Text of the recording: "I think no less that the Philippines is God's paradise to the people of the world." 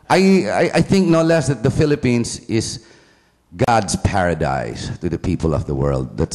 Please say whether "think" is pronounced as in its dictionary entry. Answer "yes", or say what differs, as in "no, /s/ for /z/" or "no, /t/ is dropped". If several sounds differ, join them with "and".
yes